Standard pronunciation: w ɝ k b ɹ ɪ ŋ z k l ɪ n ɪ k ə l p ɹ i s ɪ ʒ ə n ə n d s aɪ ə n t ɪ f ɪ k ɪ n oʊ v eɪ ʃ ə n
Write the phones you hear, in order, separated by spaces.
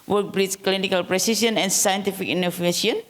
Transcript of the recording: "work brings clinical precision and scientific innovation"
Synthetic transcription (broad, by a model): w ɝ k b ɹ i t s k l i n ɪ k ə l p ɹ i s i s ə n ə n s aɪ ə n t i f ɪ k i n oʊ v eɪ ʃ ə n